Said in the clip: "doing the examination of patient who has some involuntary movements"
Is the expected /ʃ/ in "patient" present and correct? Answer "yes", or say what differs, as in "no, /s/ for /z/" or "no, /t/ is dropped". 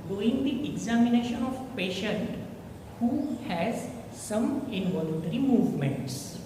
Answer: yes